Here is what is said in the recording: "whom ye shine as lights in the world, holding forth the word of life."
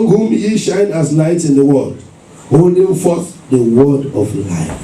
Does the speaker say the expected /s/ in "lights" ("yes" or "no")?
no